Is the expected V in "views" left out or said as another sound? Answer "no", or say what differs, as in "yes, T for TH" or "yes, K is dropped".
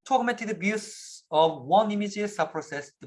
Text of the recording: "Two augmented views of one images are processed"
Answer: yes, B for V